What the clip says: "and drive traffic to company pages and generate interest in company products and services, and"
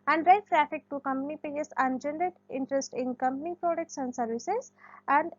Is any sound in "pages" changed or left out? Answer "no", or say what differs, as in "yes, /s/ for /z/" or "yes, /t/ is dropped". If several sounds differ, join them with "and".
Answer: yes, /dʒ/ is dropped